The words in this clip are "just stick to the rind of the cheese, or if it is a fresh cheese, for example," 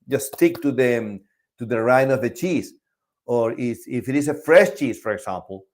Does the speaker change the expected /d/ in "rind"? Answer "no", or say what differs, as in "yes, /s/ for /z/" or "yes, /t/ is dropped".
yes, /d/ is dropped